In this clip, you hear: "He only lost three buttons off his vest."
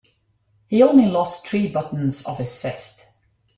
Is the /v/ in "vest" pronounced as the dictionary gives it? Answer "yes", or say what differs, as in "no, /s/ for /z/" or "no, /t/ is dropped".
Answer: no, /f/ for /v/